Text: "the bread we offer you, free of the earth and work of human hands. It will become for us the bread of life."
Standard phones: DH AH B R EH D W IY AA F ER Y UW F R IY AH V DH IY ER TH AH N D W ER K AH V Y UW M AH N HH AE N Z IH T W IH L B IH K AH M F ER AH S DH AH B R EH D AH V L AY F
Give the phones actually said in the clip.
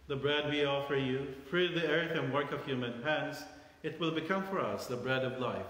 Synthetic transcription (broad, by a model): DH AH B R EH D W IY AA F ER Y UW F R IY AH V DH IY ER TH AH N W ER K AH V Y UW M AH N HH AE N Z IH T W IH L B IH K AH M F ER AH S DH AH B R EH D AH V L AY F